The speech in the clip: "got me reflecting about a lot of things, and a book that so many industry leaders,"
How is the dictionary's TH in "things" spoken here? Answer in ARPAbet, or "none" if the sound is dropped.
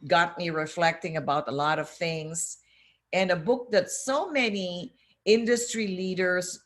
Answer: TH